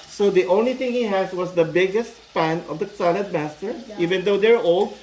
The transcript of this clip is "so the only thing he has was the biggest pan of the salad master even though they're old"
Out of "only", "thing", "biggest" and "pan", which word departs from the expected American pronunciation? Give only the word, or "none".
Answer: thing